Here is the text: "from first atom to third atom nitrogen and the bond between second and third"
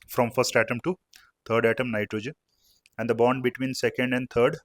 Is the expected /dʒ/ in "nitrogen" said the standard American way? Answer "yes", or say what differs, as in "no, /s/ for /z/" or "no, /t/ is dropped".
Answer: yes